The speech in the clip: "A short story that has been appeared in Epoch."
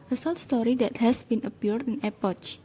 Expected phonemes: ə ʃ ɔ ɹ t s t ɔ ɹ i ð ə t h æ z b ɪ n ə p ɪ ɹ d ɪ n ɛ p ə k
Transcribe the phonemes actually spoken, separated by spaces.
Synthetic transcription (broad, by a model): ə s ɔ l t s t ɔ ɹ i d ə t h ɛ s b ɪ n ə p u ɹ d ɪ n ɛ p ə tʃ